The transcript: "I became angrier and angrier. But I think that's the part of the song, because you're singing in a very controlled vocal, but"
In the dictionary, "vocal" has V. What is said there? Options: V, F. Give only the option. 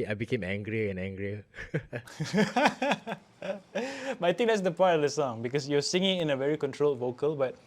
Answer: V